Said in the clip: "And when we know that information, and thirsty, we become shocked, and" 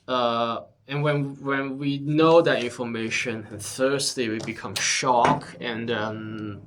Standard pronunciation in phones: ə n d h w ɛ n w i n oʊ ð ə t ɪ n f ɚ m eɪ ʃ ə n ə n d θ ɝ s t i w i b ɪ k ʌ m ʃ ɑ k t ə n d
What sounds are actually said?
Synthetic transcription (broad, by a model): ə n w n w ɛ n w i n oʊ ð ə t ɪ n f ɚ m eɪ ʃ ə n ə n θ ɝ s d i w i b ɪ k ʌ m ʃ ɑ k ə n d